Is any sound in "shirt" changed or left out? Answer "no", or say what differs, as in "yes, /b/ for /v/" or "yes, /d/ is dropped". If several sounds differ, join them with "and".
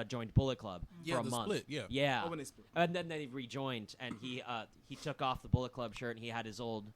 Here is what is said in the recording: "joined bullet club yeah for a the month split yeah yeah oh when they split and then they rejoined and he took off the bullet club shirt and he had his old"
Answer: no